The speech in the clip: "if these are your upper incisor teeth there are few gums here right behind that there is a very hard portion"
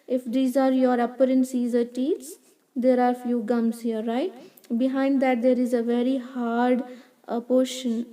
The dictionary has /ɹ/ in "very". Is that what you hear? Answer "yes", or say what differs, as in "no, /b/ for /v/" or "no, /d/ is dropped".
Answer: yes